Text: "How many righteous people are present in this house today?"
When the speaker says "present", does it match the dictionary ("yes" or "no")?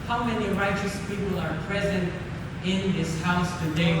yes